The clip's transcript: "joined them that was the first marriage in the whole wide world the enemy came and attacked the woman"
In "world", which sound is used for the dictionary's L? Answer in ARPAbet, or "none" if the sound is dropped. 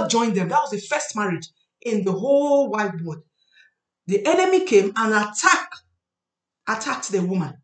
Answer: none